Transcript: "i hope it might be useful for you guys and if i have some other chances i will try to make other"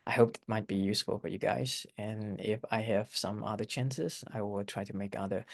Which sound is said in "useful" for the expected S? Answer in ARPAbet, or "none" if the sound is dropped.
S